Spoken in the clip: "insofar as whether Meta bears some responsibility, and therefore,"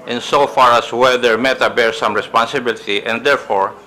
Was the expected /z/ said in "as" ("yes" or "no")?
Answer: no